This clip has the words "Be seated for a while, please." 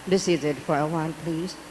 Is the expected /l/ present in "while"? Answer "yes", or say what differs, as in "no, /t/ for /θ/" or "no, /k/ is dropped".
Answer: no, /n/ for /l/